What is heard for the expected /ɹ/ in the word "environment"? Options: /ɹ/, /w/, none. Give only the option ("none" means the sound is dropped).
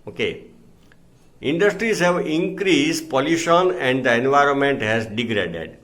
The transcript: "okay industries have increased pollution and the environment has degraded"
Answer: /ɹ/